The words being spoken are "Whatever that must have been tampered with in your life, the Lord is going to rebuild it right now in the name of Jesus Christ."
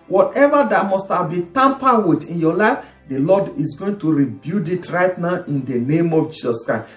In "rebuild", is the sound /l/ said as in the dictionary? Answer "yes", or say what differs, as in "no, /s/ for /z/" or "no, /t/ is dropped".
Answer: no, /l/ is dropped